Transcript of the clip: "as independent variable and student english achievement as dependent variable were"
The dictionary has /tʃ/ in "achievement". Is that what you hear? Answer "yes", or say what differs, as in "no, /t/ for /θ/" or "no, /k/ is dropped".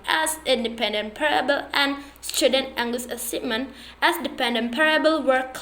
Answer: no, /s/ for /tʃ/